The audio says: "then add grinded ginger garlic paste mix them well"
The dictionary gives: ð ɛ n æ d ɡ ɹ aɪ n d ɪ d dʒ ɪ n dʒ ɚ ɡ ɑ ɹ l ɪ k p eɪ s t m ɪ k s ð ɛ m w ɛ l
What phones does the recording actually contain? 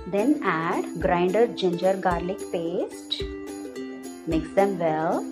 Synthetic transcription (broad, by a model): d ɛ n æ d ɡ ɹ aɪ n d ɪ d dʒ ɪ n dʒ ɚ ɡ ɑ ɹ l ɪ k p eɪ s t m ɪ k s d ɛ m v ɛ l